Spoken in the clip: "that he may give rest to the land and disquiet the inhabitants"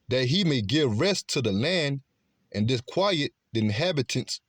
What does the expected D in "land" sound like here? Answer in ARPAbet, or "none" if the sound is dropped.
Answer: D